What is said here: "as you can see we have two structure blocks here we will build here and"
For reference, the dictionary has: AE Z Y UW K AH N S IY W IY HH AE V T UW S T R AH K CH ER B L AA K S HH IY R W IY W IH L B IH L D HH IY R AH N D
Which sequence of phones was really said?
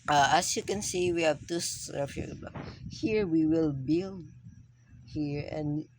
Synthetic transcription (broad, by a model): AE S Y UW K AH N S IY W IY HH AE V T UW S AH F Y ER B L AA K HH IY R W IY W IH L B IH L D HH IY R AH N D